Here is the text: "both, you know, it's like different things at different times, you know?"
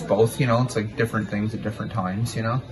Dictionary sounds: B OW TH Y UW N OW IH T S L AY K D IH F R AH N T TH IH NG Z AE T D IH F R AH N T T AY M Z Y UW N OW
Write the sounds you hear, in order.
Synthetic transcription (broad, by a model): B OW TH Y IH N OW IH T S L AY K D IH F R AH N TH IH NG Z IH T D IH F R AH N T T AY M Z Y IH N OW